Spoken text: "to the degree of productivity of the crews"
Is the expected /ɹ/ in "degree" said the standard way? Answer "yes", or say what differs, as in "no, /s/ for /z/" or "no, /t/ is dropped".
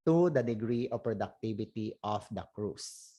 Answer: yes